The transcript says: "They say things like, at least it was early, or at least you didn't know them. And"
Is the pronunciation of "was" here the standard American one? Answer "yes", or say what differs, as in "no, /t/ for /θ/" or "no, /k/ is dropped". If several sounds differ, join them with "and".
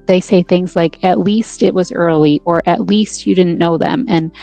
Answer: yes